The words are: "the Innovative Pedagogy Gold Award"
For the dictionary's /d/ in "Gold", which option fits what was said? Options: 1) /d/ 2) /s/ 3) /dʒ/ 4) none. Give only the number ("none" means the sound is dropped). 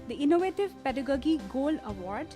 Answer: 4